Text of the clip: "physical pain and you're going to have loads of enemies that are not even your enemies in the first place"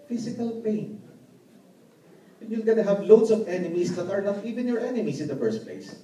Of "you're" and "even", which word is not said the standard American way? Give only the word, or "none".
you're